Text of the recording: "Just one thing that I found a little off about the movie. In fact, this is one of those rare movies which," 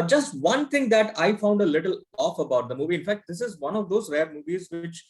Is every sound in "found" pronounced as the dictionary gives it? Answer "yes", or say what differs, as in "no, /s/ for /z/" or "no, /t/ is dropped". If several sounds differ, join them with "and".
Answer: yes